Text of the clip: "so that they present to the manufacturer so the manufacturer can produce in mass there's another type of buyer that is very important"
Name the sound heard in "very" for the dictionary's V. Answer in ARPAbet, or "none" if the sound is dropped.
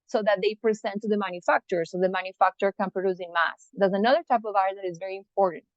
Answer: V